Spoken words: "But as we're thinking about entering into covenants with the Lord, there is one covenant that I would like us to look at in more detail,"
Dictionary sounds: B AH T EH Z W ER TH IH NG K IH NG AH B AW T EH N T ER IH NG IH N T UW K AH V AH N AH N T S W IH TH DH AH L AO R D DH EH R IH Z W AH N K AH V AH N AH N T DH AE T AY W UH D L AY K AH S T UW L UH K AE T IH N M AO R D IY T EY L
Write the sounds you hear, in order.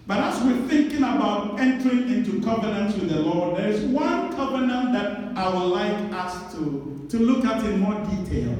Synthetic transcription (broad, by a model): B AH T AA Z W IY TH IH NG K IH NG AH B AW T EH N T ER IH NG IH N T UW K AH V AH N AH N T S W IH DH AH L AO R D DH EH R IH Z W AH N K AH V AH N AH N T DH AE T AY W UH D L AY K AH S T UW L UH K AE T IH N M AO R D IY T EY L